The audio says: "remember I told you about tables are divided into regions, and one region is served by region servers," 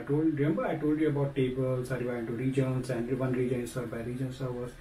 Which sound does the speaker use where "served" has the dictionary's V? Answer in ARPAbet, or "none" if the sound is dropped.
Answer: none